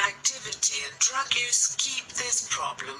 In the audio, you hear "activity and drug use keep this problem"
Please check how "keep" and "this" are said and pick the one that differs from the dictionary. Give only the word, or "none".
none